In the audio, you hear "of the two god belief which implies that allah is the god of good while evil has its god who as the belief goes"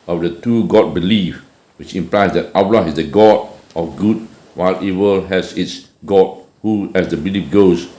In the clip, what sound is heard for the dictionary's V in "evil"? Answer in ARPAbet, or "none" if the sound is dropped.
W